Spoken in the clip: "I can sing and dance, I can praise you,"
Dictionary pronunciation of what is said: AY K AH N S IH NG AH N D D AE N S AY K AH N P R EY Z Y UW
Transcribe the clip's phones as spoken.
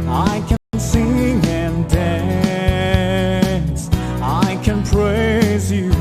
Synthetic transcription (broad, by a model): AY K AH N S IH NG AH N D D AE N S AY K AH N P R EY Z Y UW